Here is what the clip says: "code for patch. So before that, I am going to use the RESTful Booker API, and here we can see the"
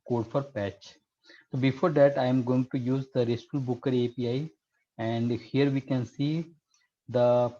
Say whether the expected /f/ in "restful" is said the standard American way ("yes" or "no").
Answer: no